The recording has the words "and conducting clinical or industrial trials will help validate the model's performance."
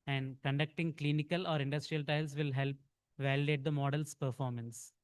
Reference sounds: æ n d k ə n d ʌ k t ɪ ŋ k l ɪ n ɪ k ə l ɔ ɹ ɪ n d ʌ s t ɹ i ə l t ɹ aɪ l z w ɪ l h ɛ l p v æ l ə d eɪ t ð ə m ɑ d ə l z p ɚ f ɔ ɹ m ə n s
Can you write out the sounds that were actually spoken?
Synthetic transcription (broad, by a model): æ n d k ə n d ʌ k t ɪ ŋ k l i n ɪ k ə l ɔ ɹ ɪ n d ʌ s t ɹ i ə l t aɪ l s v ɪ l h ɛ l p v æ l ə d eɪ t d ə m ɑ d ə l s p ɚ f ɔ ɹ m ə n s